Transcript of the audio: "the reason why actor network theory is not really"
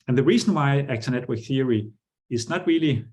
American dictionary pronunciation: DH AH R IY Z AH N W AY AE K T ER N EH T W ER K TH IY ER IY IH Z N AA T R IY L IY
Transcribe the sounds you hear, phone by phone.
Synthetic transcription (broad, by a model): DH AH R IY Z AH N W AY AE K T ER N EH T W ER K TH IY ER IY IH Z N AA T R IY L IY